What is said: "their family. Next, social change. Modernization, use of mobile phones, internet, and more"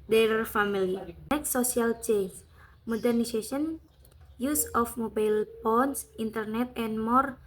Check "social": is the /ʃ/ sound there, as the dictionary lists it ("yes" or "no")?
no